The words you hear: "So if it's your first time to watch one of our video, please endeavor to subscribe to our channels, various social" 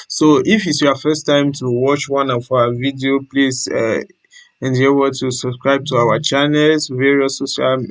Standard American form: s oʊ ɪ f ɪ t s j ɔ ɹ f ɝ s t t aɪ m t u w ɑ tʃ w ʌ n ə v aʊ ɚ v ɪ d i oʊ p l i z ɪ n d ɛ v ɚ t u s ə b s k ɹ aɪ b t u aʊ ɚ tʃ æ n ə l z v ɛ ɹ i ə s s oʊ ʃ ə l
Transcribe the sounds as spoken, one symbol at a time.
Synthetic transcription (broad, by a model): s oʊ ɪ f ɪ t s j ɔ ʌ f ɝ s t t aɪ m t u w ɑ tʃ w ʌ n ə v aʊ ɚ v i d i oʊ p l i s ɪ n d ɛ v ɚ t u s ə b s k ɹ aɪ b t u aʊ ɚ tʃ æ n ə l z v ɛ ɹ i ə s s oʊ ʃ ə l